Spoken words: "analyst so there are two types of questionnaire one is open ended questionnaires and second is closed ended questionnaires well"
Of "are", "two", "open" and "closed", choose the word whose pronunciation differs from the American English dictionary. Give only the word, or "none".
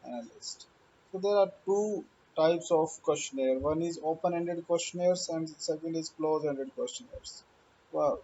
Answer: closed